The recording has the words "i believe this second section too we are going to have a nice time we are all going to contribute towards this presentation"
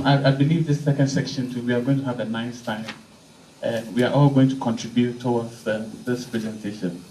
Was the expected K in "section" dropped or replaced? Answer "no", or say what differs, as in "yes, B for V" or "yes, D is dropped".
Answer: no